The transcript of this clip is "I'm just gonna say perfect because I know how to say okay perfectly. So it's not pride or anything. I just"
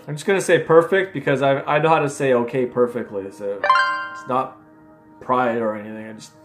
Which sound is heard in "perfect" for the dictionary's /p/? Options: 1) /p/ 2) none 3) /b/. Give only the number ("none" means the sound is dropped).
1